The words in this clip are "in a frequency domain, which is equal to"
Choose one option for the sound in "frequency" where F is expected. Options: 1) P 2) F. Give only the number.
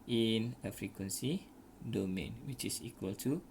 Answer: 2